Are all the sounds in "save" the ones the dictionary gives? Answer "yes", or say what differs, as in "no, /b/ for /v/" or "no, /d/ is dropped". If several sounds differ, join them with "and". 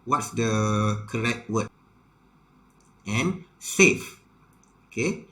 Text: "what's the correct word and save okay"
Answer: no, /f/ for /v/